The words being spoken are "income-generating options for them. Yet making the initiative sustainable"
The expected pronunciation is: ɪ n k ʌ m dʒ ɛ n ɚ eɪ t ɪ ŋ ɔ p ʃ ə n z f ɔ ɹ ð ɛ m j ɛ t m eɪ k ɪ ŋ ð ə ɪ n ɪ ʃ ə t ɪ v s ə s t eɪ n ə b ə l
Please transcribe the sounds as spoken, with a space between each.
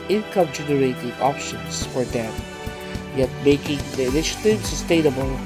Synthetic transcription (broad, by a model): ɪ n k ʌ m dʒ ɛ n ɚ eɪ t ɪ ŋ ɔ p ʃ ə n s f ɔ ɹ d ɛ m j ɛ t m eɪ k ɪ ŋ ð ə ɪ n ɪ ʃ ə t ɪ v s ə s t eɪ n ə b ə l